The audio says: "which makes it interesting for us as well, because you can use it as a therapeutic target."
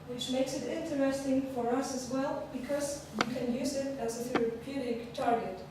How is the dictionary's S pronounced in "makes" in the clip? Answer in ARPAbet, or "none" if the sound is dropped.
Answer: S